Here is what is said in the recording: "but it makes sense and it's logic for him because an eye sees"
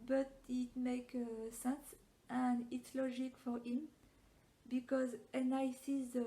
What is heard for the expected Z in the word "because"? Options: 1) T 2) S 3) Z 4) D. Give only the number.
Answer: 3